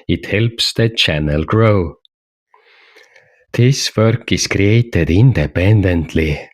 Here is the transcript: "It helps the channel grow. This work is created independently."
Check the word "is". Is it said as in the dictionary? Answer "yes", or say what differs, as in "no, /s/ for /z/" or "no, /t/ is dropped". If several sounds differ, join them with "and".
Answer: no, /s/ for /z/